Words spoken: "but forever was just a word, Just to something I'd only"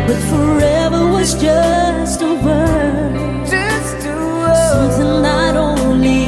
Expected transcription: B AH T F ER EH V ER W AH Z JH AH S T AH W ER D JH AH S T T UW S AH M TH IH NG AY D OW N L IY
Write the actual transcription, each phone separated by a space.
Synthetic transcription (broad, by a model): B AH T F ER EH V ER W AH Z JH AH S T AH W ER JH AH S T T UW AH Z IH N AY D OW N L IY